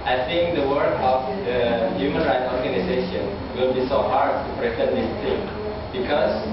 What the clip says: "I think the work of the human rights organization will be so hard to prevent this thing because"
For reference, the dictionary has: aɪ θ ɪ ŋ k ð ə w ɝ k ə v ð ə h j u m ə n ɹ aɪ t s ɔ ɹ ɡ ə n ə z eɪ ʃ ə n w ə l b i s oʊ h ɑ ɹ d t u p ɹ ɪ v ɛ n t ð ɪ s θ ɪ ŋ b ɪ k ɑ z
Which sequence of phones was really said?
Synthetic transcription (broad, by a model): aɪ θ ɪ ŋ k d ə w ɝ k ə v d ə h j u m ə n ɹ aɪ t s ɔ ɹ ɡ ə n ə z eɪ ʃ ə n w ə l b i s oʊ h ɑ ɹ d t u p ɹ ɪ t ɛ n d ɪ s t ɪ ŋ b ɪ k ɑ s